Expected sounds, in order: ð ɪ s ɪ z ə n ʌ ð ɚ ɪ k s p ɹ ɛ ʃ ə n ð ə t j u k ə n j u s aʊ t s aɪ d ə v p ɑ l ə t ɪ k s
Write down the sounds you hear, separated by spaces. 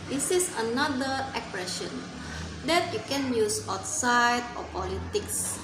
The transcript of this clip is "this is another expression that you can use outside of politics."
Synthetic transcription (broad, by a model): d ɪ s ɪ s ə n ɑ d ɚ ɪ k p ɹ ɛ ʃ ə n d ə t j u k ə n j u s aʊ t s aɪ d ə p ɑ l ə t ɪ k s